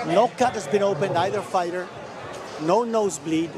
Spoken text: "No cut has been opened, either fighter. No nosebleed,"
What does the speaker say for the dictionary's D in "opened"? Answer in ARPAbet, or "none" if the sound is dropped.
D